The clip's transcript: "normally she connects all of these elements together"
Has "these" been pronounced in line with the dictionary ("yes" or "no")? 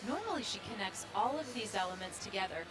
yes